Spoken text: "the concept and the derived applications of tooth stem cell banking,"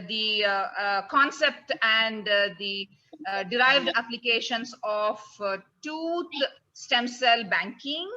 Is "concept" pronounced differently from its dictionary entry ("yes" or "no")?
no